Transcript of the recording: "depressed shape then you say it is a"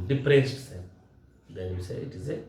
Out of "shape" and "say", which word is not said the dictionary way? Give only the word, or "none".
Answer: shape